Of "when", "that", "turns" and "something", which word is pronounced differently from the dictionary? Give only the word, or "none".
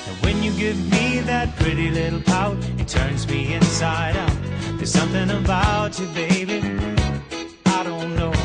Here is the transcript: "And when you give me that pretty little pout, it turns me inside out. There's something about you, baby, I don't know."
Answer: none